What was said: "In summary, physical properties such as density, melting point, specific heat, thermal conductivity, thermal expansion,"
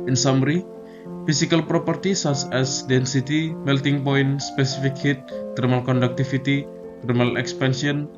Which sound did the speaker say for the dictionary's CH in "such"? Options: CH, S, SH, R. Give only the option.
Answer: S